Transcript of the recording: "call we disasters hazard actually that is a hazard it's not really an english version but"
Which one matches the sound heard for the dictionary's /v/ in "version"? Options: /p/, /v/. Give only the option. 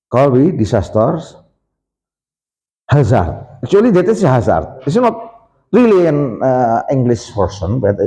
/p/